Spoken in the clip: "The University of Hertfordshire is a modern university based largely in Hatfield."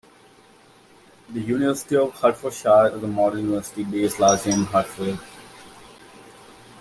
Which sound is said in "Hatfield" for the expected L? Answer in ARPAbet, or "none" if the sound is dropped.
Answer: none